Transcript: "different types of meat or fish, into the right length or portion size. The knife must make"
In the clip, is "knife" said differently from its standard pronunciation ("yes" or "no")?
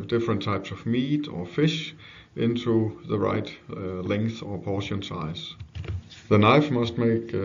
no